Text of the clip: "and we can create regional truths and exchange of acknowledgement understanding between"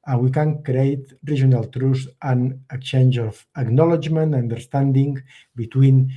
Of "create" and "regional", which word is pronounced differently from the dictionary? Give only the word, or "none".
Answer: regional